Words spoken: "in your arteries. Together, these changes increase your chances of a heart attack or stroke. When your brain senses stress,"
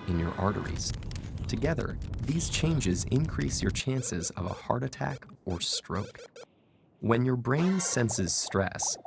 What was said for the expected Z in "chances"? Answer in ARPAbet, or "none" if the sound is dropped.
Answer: Z